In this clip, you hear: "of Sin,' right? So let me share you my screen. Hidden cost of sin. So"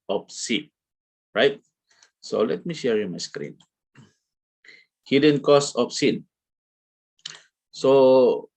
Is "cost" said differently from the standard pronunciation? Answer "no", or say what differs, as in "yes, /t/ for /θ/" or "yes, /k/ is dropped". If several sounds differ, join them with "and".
yes, /t/ is dropped